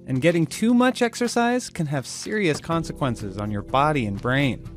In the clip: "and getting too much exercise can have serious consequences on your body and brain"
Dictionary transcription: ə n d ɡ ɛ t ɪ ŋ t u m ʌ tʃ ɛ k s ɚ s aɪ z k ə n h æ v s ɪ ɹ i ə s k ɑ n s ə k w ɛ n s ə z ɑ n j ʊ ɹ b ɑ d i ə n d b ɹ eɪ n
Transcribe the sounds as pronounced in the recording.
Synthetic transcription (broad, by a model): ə n ɡ ɛ t ɪ ŋ t u m ʌ tʃ ɛ k s ɚ s aɪ z k ə n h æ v s ɪ ɹ i ə s k ɑ n s ə k w ɛ n s ə z n j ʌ ɹ b ɑ d i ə n b ɹ eɪ n